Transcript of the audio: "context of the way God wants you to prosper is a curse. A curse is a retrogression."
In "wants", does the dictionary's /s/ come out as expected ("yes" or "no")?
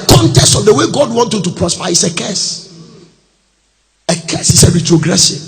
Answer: no